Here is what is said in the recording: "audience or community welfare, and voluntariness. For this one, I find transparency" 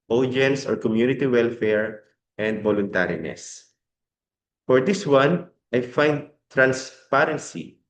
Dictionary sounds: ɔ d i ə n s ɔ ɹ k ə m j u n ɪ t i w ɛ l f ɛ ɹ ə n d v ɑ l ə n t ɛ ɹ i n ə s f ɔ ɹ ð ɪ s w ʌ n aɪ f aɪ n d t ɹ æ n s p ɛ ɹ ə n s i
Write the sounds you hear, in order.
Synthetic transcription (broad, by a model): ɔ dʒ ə n s ɔ ɹ k ə m j u n ɪ t i w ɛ l f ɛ ɹ ə n d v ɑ l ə n t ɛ ɹ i n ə s f ɔ ɹ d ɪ s w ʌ n aɪ f aɪ n d t ɹ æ n s p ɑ ɹ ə n s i